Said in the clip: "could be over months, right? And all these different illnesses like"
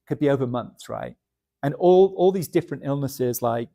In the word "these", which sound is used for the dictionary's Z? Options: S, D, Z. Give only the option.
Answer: Z